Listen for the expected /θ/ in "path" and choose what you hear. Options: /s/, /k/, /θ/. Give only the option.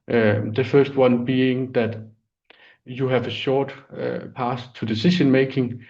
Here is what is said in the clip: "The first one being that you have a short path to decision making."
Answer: /s/